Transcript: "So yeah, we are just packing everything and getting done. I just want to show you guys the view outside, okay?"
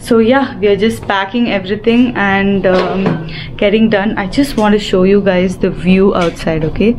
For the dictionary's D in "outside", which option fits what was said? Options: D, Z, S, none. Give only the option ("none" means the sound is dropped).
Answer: D